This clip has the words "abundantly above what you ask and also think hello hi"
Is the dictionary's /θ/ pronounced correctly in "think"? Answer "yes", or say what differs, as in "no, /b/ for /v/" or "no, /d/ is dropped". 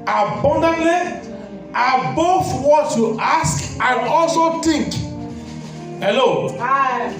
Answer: no, /t/ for /θ/